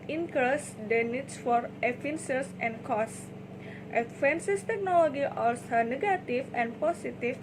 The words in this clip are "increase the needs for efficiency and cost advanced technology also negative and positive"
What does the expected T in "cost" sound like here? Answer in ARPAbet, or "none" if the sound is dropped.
T